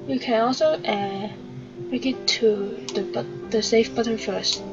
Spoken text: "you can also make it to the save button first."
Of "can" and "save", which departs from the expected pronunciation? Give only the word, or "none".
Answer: save